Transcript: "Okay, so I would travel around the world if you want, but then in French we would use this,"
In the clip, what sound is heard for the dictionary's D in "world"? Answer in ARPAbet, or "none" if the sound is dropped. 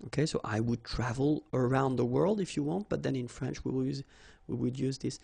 D